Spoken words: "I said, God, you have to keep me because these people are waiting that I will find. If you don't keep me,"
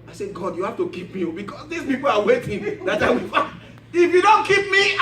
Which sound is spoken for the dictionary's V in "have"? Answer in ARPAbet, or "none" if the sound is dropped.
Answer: F